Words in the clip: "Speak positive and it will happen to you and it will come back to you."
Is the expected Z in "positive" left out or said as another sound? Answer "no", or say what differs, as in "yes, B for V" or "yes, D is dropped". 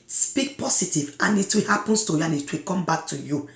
yes, S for Z